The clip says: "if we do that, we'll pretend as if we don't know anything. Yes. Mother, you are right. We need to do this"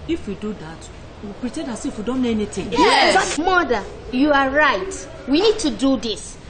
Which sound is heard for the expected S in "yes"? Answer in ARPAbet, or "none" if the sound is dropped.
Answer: none